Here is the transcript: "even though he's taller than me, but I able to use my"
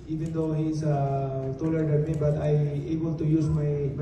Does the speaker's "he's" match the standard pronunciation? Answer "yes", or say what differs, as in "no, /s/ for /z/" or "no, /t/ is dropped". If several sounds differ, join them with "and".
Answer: no, /s/ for /z/